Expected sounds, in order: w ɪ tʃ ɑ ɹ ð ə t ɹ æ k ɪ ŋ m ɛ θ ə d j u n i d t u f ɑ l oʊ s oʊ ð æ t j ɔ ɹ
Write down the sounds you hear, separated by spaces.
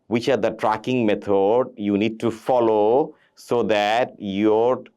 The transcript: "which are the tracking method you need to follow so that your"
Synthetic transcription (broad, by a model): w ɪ tʃ ɑ ɹ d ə t ɹ æ k ɪ ŋ m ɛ t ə d j u n i d t u f ɑ l oʊ s oʊ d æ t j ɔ ɹ